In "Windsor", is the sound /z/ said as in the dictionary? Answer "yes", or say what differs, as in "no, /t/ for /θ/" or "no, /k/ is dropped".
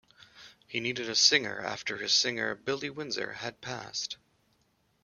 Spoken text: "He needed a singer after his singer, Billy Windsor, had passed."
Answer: yes